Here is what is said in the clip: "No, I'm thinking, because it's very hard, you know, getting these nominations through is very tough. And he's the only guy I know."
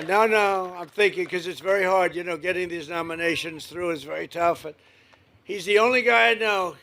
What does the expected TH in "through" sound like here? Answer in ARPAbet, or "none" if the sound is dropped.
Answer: TH